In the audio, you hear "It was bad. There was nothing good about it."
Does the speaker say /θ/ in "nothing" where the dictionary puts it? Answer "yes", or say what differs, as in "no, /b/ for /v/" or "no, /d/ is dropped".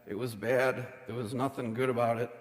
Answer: yes